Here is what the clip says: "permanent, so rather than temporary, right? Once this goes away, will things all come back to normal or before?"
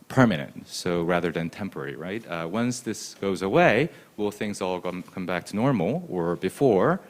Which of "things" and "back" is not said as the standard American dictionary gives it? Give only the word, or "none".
none